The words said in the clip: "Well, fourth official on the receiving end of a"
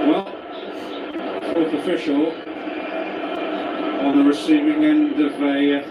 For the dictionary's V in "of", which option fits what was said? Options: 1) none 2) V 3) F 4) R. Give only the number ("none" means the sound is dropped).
2